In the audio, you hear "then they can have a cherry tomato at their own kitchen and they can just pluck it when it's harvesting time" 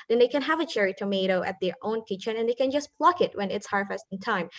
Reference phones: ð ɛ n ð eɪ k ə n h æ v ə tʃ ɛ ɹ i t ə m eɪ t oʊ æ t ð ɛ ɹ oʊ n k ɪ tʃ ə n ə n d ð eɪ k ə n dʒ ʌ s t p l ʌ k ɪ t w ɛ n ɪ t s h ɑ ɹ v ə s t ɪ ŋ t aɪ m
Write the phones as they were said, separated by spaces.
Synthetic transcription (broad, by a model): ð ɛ n ð eɪ k ə n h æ v ə tʃ ɛ ɹ i t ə m eɪ t oʊ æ t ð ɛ ɹ oʊ n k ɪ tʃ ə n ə n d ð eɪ k ə n dʒ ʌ s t p l ʌ k ɪ t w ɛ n ɪ t s h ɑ ɹ f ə s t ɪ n t aɪ m